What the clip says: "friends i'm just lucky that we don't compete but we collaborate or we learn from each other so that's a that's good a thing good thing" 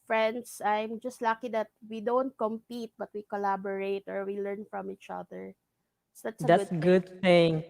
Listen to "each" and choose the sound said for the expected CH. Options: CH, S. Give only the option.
CH